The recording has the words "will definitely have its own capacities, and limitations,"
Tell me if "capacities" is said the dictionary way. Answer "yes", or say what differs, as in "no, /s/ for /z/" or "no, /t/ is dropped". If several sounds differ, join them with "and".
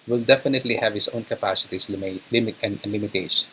no, /s/ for /z/